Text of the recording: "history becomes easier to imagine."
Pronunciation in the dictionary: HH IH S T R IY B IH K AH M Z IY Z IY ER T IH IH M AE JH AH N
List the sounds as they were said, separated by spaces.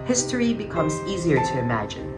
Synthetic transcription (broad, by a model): HH IH S T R IY B IH K AH M Z IY Z IY ER T IH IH M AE JH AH N